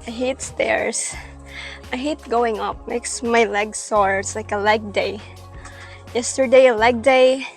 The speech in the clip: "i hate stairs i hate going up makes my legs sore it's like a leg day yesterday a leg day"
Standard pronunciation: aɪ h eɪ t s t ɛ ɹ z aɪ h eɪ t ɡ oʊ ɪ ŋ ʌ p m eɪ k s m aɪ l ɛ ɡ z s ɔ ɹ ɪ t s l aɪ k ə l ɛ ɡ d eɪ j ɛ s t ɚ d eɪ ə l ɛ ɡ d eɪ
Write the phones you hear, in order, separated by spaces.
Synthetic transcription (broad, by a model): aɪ h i t s t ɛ ɹ s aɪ h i t ɡ oʊ ɪ ŋ ʌ p m eɪ k s m aɪ l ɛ ɡ s ɔ ɹ ɪ t s l aɪ k ə l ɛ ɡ d eɪ j ɛ s t ɚ d eɪ ə l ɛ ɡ d eɪ